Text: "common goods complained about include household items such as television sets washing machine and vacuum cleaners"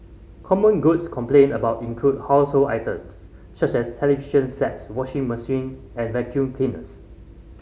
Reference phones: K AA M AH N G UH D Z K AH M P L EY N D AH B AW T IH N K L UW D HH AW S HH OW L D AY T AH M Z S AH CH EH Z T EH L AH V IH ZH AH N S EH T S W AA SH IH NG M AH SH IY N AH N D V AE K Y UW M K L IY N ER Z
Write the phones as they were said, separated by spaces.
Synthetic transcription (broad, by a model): K AA M AH N G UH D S K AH M P L EY N AH B AW T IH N K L UW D HH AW S HH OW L AY T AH M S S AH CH EH S T EH L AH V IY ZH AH N S EH T S W AA SH IH NG M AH S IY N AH N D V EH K Y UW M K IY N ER S